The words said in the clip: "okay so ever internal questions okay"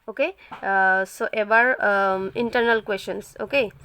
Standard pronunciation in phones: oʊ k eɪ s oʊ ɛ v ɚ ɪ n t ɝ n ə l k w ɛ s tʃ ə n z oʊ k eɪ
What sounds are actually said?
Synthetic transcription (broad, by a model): oʊ k eɪ s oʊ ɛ b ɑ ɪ n t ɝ n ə l k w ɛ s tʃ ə n s oʊ k eɪ